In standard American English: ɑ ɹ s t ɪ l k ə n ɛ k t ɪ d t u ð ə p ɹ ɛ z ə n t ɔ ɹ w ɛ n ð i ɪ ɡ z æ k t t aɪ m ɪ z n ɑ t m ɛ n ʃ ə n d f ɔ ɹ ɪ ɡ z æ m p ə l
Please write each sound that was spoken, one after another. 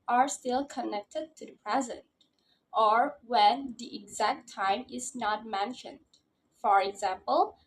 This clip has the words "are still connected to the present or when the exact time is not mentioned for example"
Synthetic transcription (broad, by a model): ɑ ɹ s t ɪ l k ə n ɛ k t ɪ d t u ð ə p ɹ ɛ z ə n t ɔ ɹ w ɛ n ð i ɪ ɡ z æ k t t aɪ m ɪ z n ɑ t m ɛ n ʃ ə n d f ɔ ɹ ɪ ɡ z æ m p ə l